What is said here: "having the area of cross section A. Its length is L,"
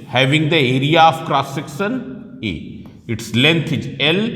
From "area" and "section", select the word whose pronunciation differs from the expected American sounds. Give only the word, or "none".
section